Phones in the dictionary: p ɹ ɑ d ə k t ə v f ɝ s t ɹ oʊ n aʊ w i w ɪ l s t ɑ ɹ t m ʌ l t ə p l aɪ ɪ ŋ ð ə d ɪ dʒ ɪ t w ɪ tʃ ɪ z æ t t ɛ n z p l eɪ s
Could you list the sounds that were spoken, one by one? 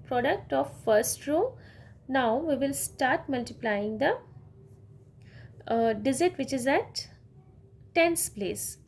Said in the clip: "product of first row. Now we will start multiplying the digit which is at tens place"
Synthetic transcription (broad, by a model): p ɹ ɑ d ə k t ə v f ɝ s t ɹ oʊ n aʊ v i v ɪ l s t ɑ ɹ t m ʌ l t ə p l aɪ ɪ ŋ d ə d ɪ z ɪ t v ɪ tʃ ɪ z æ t t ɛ n s p l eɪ s